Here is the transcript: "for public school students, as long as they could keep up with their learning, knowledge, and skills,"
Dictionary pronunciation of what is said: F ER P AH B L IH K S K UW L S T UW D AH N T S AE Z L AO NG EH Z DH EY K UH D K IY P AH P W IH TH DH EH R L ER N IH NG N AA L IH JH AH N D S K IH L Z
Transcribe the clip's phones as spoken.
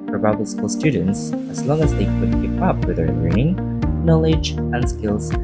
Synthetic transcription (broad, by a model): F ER B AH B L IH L S K UW L S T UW D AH N T S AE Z L AO NG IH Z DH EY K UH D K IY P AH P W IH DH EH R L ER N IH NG N AA L IH JH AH N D S K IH L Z